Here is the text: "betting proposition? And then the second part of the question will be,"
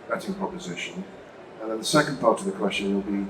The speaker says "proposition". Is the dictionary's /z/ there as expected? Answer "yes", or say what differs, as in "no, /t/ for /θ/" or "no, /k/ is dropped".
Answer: yes